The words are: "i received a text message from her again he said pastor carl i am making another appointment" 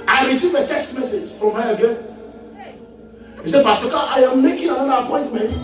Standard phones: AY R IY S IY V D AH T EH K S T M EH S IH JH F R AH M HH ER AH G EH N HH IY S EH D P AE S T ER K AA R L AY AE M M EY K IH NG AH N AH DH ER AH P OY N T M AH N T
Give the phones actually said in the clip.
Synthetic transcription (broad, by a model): AY R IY S IY V AH T EH K S T M EH S IH JH F R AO M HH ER AH G EH N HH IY S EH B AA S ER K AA AY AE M M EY K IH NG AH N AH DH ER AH P OY N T M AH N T